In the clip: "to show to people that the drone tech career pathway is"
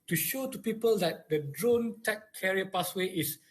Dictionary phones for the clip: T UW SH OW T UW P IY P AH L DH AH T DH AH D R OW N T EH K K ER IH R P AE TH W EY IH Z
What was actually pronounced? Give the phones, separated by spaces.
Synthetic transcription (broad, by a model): T UW SH OW T UW P IY P AH L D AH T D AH D R OW N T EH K K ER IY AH P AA S W EY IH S